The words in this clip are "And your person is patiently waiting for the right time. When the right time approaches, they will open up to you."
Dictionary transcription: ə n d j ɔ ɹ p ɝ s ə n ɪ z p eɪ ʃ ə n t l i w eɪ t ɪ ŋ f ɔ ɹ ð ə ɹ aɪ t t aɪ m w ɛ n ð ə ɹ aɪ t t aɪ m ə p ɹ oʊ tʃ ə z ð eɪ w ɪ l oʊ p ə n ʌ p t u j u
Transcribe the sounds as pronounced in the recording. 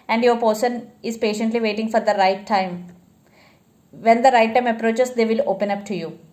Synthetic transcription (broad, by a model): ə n d j ɔ ɹ p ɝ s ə n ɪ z p eɪ ʃ ə n t l i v eɪ t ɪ ŋ f ɔ ɹ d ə ɹ aɪ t t aɪ m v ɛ n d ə ɹ aɪ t t aɪ m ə p ɹ oʊ tʃ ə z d eɪ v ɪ l oʊ p ə n ʌ p t u j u